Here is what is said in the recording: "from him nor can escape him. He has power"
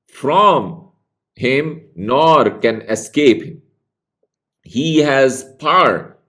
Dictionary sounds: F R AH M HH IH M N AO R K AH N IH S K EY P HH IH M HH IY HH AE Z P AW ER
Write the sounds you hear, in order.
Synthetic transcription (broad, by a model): F R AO M HH IH M N AO R K AH N IH S K EY P HH IH M HH IY HH AE Z P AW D